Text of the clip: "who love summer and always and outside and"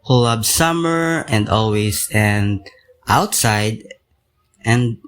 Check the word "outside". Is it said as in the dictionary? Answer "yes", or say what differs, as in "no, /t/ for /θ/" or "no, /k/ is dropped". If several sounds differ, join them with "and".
yes